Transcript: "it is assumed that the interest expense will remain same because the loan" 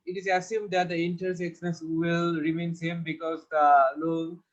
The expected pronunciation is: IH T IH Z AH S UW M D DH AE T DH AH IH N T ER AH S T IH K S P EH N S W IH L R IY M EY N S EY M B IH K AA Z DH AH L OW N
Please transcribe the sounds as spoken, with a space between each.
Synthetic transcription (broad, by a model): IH T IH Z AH S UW M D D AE T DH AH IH N T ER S IH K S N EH S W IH L R IY M EY N S EY M B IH K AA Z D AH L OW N